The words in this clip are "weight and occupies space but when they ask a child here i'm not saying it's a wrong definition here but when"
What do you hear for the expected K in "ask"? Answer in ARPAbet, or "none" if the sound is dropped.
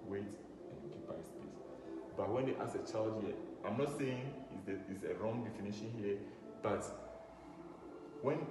none